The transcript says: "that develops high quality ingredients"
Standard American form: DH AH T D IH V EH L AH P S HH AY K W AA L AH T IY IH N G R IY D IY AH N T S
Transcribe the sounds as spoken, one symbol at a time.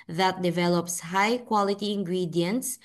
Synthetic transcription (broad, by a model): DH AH T D IH V EH L AH P S HH AY K W AA L AH T IY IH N G R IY D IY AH N T S